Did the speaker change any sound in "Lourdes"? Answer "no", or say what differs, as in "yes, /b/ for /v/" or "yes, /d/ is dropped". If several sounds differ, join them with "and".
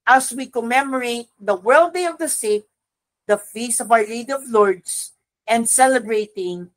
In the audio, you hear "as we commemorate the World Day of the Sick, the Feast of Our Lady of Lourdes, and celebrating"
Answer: yes, /s/ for /z/